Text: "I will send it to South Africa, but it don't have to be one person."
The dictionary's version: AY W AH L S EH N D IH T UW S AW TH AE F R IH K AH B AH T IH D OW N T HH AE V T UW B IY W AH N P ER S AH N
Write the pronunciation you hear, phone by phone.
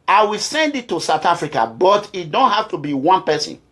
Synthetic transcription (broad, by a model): AY W AH L S EH N D IH T UW S AW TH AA F R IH K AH B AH T IH D OW N T HH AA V T UW B IY W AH N P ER S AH N